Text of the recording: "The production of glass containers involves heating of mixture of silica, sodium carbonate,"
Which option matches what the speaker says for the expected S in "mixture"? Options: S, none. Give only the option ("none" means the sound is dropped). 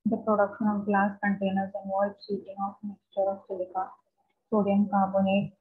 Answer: S